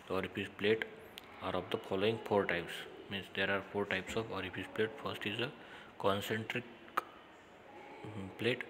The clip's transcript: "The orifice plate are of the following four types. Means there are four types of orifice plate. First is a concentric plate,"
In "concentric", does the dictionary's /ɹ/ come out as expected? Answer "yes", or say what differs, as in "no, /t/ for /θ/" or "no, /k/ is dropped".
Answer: yes